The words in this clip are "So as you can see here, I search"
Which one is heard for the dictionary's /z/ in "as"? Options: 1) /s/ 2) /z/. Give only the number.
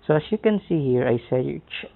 1